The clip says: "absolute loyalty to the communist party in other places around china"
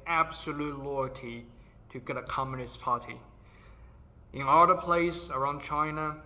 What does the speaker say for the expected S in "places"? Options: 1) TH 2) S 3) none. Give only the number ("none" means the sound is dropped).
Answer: 3